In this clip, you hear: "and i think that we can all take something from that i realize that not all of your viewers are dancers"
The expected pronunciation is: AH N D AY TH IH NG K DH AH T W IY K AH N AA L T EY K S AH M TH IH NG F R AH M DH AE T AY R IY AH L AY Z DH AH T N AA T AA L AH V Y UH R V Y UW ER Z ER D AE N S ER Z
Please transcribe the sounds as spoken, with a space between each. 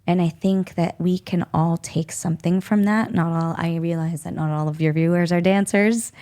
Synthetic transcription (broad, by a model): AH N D AY TH IH NG K DH AH T W IY K AH N AA L T EY K S AH M TH IH NG F R AH M DH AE T AY R IY AH L AY Z DH AH T N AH T AA L AH V Y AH R V Y UW ER Z ER D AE N S ER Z